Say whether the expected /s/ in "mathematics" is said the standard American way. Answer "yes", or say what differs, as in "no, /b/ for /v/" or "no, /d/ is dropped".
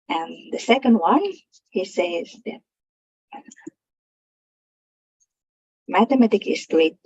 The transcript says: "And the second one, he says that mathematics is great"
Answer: no, /s/ is dropped